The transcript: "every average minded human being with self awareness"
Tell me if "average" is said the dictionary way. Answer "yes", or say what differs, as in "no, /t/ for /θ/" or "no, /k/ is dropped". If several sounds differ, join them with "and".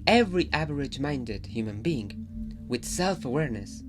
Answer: yes